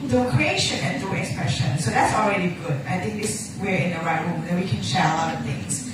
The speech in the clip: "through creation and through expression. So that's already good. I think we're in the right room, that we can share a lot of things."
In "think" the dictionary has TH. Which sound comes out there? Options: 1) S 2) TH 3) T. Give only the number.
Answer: 3